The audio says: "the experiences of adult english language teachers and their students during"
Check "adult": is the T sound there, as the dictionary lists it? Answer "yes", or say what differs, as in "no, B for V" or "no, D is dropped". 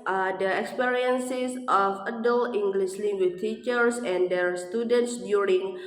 no, T is dropped